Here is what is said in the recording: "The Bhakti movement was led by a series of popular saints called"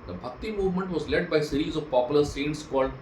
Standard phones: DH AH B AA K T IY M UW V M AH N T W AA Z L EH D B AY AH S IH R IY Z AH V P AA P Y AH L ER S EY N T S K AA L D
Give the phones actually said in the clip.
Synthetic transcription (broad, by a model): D AH B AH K T IY M UW V M AH N T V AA Z L EH D B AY AH S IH R IY Z AH V P AA P Y AH L ER S EY N T S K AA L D